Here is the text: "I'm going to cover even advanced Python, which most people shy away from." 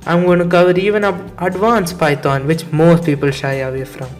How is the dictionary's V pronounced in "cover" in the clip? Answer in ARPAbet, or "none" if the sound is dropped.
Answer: V